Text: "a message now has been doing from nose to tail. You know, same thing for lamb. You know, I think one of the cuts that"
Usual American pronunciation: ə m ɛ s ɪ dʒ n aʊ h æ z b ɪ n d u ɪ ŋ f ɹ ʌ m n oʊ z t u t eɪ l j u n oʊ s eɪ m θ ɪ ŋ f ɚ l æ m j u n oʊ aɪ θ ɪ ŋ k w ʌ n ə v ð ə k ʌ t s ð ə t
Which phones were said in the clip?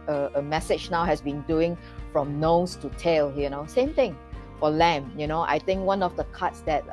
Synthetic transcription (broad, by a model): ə m ɛ s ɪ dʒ n aʊ h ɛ s b ɪ n d u ɪ ŋ f ɹ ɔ m n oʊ s t u t eɪ l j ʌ n oʊ s eɪ m t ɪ ŋ f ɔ l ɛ m j u n oʊ aɪ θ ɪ ŋ k w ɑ n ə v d ə k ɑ t s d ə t